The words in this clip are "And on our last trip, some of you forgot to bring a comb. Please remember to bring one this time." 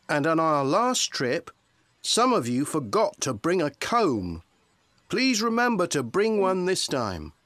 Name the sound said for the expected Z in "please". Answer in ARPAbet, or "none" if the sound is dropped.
Z